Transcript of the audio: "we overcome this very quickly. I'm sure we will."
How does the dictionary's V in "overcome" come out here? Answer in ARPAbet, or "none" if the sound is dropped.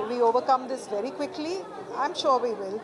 V